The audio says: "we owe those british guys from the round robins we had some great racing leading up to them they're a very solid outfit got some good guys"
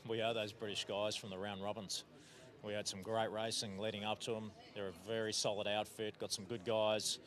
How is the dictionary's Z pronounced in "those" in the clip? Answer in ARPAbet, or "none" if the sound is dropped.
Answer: Z